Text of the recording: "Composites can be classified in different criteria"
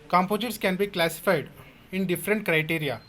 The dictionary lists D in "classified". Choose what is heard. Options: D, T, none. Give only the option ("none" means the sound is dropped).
D